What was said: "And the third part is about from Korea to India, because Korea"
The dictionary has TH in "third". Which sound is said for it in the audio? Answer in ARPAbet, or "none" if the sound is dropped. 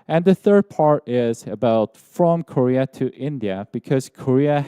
TH